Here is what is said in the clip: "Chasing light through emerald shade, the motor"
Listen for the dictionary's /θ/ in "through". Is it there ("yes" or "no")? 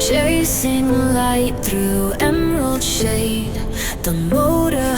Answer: yes